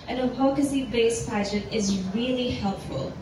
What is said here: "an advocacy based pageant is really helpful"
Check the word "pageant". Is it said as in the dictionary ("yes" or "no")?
no